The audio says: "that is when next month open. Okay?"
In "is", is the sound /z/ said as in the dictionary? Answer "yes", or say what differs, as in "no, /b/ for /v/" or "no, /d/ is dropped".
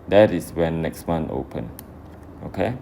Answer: no, /s/ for /z/